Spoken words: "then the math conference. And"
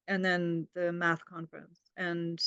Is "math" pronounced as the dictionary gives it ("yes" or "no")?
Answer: yes